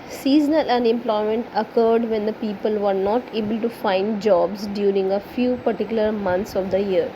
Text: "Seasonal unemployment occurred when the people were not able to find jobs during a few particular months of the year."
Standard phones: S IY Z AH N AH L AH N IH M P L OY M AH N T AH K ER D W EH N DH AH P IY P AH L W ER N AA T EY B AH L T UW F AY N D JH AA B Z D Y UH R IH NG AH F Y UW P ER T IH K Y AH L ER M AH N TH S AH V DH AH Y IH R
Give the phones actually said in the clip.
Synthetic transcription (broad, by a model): S IY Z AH N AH L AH N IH M P L OY M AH N T AH K ER D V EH N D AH P IY P AH L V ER N AA T EY B AH L T UW F AY N D JH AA B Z D Y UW R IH NG AH F Y UW P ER T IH K Y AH L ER M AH N T S AH V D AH Y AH R